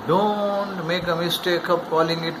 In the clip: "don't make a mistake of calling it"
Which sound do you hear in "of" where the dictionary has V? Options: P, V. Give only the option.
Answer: P